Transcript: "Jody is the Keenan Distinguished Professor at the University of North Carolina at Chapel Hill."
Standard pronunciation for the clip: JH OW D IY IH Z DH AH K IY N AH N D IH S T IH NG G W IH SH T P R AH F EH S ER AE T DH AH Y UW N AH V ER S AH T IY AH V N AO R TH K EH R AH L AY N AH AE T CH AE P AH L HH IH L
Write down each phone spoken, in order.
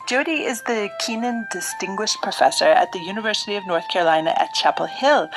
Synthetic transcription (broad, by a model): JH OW D IY IH Z DH AH K IY N AH N D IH S T IH NG G W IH SH P R AH F EH S ER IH T DH AH Y UW N AH V ER S AH T IY AH V N AO R TH K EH R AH L AY N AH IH T CH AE P L HH IH L